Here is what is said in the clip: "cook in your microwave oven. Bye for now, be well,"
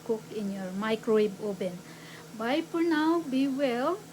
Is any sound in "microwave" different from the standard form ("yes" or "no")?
yes